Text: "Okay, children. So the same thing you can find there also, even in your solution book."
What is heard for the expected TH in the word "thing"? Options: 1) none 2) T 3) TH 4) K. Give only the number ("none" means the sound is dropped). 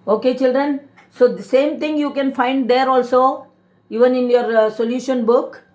2